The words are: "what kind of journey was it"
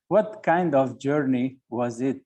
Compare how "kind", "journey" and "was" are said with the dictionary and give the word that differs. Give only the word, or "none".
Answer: none